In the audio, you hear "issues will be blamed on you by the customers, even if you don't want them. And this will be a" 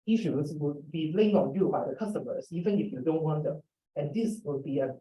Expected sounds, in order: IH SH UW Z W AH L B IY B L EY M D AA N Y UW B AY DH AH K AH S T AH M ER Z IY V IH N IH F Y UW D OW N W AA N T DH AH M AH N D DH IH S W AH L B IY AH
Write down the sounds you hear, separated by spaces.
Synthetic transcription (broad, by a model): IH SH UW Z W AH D B IY L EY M AA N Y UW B AY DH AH K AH S T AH M ER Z IY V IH N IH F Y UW D OW N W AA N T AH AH N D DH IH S W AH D B IY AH